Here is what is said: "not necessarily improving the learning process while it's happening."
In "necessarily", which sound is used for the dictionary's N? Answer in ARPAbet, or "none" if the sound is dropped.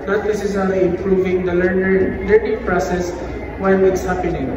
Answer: L